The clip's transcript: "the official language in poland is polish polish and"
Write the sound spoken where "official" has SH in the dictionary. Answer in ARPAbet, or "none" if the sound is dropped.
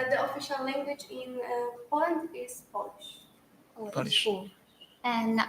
SH